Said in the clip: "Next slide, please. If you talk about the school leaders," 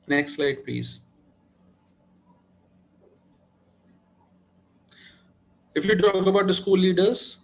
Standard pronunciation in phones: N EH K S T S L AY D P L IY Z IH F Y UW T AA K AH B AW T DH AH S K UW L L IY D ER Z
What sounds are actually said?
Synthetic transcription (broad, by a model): N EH K S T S L AY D P L IY Z IH F Y UW T AA K AH B AW T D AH S K UW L L IY D ER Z